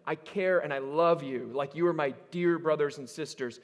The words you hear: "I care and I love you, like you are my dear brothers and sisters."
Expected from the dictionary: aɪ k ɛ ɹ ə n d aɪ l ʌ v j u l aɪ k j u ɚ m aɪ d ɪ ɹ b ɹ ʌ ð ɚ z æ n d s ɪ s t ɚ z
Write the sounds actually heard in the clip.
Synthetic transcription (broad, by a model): aɪ k ɛ ɹ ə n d aɪ l ʌ v j u l aɪ k j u ɚ m aɪ d ɪ ɹ b ɹ ʌ ð ɚ z n s ɪ s t ɚ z